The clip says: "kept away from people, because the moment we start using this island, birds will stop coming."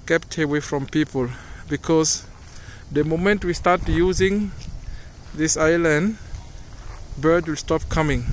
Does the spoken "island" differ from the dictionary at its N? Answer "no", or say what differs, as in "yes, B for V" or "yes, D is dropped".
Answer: no